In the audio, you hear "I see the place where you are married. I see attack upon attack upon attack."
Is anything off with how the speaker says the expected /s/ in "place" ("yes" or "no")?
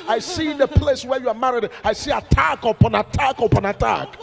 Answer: no